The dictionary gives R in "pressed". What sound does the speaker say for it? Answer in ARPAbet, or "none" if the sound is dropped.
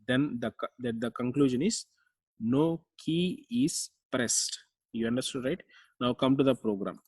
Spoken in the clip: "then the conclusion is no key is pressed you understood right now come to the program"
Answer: R